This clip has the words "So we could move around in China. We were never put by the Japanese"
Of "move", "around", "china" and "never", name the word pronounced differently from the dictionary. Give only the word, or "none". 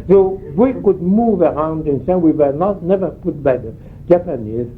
china